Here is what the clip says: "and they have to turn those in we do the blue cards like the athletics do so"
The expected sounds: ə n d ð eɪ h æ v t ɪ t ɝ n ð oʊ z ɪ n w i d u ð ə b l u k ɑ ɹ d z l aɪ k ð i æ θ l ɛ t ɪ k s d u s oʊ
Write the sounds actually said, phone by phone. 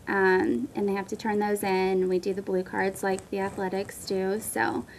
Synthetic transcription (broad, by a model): ə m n ð eɪ h æ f t ɪ t ɝ n ð oʊ z ɪ n w i d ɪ ð ə b l u k ɑ ɹ d z l aɪ k ð i æ θ l ɛ t ɪ k s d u s oʊ